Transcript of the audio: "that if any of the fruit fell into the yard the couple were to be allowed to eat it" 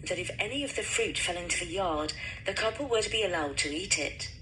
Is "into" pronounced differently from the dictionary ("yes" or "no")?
no